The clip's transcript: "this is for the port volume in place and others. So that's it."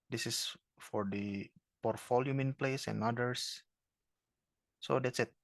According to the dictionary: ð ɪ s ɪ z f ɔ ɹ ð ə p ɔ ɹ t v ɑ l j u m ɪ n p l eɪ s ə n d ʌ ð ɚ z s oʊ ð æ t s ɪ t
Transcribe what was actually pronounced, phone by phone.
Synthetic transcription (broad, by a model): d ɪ s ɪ s f ɔ ɹ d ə p ɔ ɹ t f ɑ l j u m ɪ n p l eɪ s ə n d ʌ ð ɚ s s oʊ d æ t s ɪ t